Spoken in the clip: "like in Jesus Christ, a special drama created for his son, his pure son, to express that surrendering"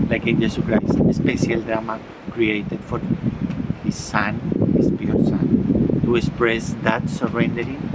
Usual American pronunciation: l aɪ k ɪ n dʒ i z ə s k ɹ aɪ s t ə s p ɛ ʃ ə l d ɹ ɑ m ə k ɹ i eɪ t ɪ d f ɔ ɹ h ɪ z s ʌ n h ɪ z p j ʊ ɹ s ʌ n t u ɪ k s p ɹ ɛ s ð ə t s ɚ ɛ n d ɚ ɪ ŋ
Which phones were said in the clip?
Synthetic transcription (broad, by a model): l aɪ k ɪ n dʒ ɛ s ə k ɹ aɪ s t ə s p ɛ s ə l d ɹ ɑ m ə k ɹ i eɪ t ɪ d f ɔ ɹ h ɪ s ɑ n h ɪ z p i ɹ s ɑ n t u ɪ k s p ɹ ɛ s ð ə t s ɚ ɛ n d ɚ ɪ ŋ